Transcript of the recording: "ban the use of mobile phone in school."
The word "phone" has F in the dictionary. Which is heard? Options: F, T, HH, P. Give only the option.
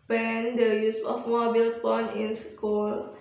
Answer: P